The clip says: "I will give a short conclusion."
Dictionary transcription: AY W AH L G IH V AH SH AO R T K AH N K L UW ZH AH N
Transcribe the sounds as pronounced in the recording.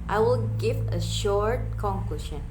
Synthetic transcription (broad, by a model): AY W AH L G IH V AH SH AO R T K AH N K L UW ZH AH N